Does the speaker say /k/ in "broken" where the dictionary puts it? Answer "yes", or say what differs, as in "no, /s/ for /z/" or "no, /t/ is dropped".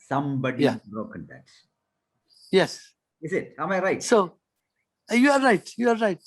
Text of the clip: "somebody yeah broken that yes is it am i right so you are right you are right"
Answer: yes